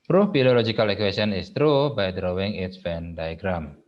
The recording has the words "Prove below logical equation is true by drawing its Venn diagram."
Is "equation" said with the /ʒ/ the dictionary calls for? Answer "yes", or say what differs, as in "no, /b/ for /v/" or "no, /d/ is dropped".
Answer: no, /s/ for /ʒ/